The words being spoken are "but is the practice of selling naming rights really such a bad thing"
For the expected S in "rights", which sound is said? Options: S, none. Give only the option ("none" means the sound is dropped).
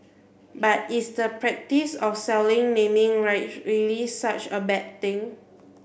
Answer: none